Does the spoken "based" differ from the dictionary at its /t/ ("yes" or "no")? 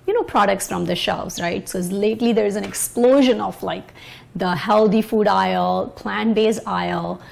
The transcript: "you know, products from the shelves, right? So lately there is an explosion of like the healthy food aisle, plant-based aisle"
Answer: yes